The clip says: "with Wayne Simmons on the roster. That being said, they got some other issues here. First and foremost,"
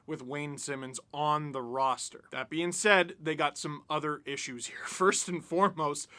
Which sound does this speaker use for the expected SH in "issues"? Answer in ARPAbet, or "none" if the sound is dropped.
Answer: SH